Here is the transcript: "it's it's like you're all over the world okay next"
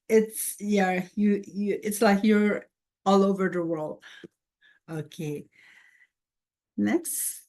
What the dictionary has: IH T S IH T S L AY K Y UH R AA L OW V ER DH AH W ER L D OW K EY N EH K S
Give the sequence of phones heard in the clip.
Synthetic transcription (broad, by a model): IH T S IH T S L AY K Y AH R AA L OW V ER DH AH W ER L D OW K EY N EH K S